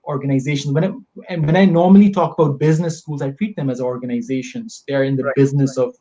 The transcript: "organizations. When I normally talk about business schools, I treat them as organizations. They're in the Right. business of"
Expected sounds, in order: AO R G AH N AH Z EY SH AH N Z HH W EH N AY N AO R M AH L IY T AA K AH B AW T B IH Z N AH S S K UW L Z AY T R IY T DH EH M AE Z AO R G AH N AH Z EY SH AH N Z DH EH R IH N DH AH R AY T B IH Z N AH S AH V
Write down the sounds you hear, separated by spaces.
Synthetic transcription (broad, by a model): AO R G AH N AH Z EY SH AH N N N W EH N AY N AO R M AH L IY T AA K AH B AW T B IH Z N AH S S K UW L Z AY T R IY T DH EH M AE Z AO R G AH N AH Z EY SH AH N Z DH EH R IH N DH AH B IH Z N AH S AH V